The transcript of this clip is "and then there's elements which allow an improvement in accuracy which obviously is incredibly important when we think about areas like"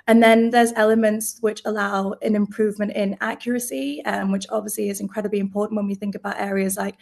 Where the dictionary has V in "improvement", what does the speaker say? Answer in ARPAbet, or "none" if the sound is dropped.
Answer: V